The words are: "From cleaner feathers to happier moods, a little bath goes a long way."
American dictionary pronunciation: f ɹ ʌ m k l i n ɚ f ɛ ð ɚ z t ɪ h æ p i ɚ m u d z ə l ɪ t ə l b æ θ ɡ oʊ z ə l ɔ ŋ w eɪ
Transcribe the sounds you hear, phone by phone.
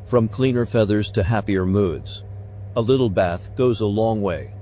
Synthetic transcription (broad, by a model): f ɹ ʌ m k l i n ɚ f ɛ ð ɚ z t ɪ h æ p i ɚ m u d z ə l ɪ t l b æ θ ɡ oʊ z ə l ɔ ŋ w eɪ